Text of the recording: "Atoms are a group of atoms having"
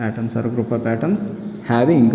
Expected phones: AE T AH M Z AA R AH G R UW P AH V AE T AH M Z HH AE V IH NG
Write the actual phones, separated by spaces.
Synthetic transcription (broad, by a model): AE T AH M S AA R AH G R UW P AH P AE T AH M S HH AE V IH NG